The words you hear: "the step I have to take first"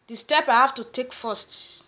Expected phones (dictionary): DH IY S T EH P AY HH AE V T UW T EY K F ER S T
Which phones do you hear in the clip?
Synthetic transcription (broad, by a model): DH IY S T EH P AY HH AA F T UW T EY K F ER S T